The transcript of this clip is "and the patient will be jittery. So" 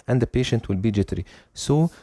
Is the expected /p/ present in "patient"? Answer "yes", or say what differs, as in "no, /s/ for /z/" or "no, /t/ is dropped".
yes